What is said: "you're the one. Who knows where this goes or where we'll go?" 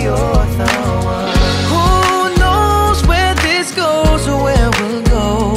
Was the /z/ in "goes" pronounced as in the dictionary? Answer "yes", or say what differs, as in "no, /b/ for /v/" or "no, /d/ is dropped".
yes